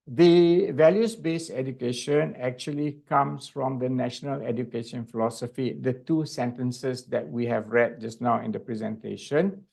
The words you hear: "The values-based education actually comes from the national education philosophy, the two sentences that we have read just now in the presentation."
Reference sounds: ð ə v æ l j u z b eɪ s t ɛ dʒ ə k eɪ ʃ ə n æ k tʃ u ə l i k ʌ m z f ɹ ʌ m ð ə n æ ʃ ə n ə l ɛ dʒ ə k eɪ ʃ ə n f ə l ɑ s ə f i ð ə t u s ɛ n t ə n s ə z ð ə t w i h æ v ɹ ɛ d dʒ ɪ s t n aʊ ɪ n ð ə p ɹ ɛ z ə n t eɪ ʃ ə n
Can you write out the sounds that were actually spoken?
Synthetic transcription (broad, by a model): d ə v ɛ l j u s b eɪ s ɛ dʒ ə k eɪ ʃ ə n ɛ k tʃ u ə l i k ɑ m s f ɹ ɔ m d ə n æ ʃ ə n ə l ɛ dʒ ə k eɪ ʃ ə n f ə l ɑ s ə f i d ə t u s ɛ n t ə n s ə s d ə t w i h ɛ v ɹ ɛ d dʒ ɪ s n aʊ ɪ n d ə p ɹ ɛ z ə n t eɪ ʃ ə n